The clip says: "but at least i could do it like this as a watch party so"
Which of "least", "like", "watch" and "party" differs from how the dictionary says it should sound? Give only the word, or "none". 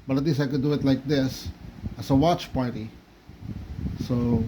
least